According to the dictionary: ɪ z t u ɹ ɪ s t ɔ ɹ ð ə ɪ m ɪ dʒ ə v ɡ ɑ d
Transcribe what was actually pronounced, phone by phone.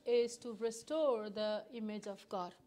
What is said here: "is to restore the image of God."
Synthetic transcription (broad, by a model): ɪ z t u ɹ ɪ s t ɔ ɹ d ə ɪ m ɪ dʒ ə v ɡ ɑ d